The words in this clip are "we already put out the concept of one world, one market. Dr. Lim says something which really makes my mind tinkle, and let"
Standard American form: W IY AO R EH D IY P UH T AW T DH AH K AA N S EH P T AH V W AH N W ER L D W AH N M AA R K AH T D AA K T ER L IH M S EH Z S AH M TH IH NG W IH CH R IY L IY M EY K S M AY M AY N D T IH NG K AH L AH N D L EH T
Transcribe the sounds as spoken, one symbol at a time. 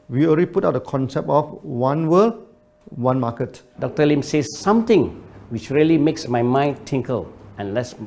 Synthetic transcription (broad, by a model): W IY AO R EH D IY P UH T AW T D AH K AA N S EH P T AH F W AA N W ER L W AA N M AA K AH T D AA K T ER L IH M S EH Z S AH M T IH NG W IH CH R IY L IY M EY K S M AY M AY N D T IH NG K AH L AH N L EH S